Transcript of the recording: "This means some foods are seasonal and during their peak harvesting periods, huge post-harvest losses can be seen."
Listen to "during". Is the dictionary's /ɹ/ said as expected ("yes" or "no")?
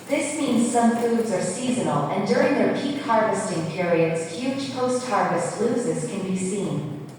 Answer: yes